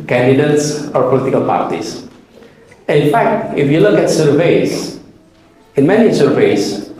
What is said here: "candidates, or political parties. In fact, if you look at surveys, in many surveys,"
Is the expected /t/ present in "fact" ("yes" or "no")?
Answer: yes